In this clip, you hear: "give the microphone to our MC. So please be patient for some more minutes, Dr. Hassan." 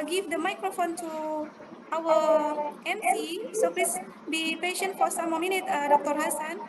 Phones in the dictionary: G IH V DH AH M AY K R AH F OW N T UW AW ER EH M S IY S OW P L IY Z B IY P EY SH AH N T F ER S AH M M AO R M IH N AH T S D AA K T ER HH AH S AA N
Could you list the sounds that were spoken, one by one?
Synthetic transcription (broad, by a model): G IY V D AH M AY K R AH F OW N T UW AW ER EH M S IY S OW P L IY S B IY P EY SH AH N T F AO S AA M M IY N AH T D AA K T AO HH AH S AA N